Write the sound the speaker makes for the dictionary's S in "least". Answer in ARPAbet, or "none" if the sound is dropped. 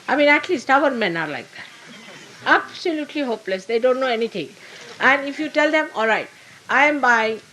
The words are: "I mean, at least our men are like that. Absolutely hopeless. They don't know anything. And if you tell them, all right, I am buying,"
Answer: S